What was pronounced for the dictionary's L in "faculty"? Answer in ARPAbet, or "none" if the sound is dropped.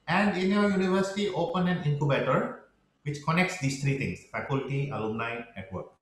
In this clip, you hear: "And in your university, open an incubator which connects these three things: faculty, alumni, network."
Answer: L